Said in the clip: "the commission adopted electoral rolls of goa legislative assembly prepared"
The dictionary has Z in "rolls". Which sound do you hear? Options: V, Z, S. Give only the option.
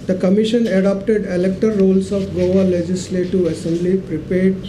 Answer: S